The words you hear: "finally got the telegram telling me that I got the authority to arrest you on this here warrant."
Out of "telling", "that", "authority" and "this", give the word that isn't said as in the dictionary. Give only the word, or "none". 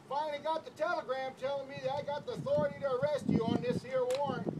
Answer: none